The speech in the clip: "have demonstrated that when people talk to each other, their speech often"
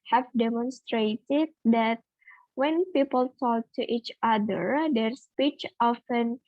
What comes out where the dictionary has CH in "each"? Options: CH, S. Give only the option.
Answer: CH